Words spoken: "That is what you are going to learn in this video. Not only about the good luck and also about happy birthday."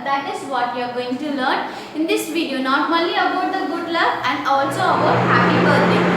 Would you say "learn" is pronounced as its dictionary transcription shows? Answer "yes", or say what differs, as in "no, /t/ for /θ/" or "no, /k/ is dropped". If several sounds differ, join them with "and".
yes